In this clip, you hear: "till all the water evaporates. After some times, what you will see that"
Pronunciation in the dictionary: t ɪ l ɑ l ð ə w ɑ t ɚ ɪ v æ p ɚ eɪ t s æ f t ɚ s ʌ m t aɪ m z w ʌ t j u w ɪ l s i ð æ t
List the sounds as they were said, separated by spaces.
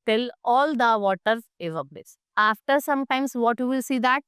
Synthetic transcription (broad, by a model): t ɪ l ɑ l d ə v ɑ t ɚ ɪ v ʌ b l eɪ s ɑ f t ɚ s ʌ m t aɪ m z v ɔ t j u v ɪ l s i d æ t